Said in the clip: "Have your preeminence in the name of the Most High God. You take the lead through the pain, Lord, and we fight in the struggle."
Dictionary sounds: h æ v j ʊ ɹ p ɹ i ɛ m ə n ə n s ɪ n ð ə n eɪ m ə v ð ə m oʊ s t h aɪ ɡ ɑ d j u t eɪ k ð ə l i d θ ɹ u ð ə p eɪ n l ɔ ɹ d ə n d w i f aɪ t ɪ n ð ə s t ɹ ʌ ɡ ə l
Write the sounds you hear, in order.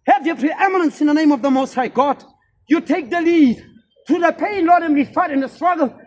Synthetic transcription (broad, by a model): h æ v j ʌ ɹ p ɹ i ɛ m ə n ə n s ɪ n ð ə n eɪ m ə v ð ə m oʊ s t h aɪ ɡ ɑ d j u t eɪ k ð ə l i d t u ð ə p eɪ n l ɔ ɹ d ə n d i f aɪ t ɪ n ð ə s t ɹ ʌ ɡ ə l